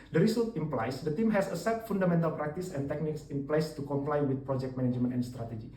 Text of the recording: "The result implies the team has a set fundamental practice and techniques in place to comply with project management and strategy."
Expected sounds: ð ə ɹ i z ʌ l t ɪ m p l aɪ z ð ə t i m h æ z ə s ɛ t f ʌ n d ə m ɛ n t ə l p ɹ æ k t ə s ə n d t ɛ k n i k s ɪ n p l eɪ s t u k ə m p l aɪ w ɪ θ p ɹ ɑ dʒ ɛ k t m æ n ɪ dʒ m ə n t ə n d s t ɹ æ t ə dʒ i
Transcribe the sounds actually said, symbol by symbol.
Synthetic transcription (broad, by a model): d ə ɹ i s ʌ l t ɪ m p l aɪ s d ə t i m h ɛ s ə s ɛ t f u n d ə m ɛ n t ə l p ɹ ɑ k t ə s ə n t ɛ k n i k s ɪ n p l eɪ s t u k ə m p l aɪ w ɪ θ p ɹ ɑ dʒ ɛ k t m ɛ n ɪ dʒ m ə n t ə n s t ɹ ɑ t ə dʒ i